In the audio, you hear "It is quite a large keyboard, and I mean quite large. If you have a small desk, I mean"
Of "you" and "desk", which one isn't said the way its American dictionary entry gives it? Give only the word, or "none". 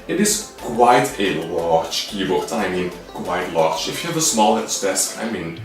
desk